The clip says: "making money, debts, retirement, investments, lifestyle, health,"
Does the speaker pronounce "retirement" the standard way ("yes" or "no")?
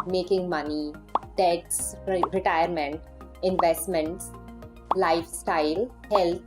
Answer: yes